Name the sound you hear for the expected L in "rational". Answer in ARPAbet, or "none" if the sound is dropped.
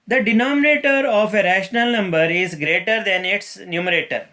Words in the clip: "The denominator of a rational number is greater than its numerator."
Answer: L